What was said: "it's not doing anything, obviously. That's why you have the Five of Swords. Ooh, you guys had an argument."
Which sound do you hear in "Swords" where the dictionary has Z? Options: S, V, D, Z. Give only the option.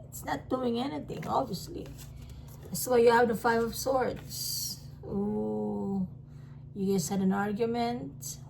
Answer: S